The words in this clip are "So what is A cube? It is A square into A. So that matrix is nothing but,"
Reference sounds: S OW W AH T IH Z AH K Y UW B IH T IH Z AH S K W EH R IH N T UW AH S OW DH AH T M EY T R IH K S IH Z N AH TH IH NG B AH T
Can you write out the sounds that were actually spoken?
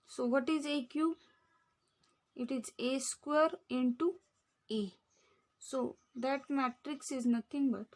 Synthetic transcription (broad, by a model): S OW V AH T IH Z AH K Y UW IH T IH Z AH S K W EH R IH N T UW AH S OW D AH T M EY T R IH K S IH Z N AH T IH NG B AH T